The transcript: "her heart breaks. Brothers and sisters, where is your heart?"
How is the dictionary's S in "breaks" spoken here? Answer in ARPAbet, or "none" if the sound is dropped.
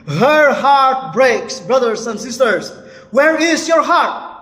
S